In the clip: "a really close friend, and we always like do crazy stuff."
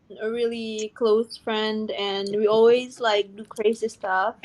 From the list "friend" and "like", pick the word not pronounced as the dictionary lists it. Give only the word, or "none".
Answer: none